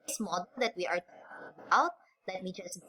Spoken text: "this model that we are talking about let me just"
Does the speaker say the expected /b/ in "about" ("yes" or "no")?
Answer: no